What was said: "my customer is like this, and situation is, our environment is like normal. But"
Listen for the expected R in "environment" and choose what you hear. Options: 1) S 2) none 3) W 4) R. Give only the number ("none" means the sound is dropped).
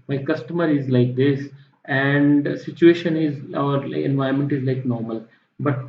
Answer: 2